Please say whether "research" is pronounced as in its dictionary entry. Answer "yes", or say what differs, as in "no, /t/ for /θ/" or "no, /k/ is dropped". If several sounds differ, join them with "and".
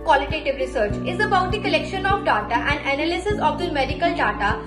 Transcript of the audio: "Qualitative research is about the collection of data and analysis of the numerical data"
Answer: yes